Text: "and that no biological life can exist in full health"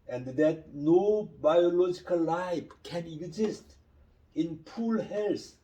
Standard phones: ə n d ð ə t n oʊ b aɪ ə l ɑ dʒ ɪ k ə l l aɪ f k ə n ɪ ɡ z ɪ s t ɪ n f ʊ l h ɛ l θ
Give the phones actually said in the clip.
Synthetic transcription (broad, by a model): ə n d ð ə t n oʊ b aɪ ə l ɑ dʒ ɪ k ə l l aɪ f k ə n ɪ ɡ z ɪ s t ɪ n p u l h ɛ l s